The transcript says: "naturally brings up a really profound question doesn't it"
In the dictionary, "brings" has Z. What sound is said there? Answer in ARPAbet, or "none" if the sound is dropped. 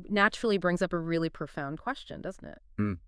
Z